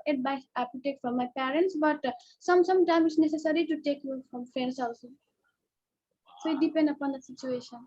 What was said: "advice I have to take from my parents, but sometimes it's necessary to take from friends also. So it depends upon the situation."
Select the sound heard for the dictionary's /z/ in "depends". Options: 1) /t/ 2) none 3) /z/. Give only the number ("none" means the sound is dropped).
2